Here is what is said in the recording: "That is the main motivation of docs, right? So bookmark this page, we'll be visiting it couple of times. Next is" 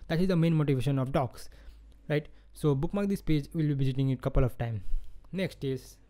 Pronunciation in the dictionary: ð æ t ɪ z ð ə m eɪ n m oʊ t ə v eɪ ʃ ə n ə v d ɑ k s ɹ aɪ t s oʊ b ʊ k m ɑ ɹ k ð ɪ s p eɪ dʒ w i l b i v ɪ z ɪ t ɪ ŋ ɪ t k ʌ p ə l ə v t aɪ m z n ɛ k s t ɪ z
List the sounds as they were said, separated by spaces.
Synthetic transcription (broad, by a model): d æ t ɪ z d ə m eɪ n m oʊ t ə v eɪ ʃ ə n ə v d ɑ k s ɹ aɪ t s oʊ b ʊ k m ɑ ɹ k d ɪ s p eɪ dʒ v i l b i v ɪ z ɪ t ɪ ŋ ɪ t k ʌ p ə l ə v t aɪ m n ɛ k s t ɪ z